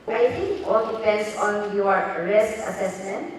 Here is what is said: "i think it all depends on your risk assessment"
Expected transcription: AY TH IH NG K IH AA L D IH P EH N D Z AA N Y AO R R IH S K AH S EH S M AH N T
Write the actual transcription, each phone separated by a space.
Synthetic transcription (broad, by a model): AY T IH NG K AA L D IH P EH N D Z AA N Y AO R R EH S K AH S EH S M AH N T